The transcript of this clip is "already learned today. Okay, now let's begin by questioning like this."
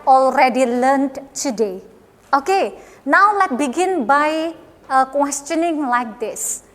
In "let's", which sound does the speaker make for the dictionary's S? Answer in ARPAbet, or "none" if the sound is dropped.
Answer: none